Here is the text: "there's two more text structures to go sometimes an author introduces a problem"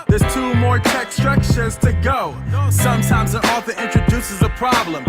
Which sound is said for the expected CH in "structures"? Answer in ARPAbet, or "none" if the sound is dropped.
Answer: SH